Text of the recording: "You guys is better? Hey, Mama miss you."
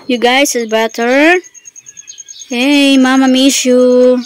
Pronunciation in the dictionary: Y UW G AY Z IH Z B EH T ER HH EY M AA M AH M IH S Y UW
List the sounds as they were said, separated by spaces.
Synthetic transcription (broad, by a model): Y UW G AY S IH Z B EH T ER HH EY M AA M AH M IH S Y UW